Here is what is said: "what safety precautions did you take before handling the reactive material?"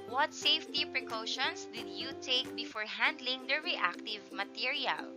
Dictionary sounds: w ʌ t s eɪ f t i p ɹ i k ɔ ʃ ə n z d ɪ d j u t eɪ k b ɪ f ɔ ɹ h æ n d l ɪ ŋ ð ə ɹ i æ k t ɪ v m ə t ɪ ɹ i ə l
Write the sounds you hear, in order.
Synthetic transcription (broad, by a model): w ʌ t s eɪ f t i p ɹ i k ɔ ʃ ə n s d ɪ d j u t eɪ k b ɪ f ɔ ɹ h æ n d l ɪ ŋ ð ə ɹ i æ k t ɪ v m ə t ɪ ɹ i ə l